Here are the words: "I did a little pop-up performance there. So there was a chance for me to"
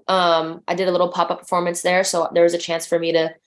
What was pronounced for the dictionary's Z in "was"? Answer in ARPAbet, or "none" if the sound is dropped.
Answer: Z